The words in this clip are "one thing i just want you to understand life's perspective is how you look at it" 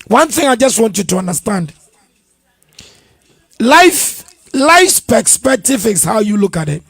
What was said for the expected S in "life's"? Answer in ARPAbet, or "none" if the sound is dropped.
S